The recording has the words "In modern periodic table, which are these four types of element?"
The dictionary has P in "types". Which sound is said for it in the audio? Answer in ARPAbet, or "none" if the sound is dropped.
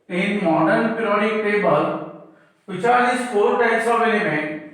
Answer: none